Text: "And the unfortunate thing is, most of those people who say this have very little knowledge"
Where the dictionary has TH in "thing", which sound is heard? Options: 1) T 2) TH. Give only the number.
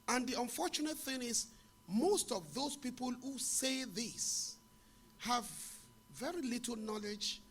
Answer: 2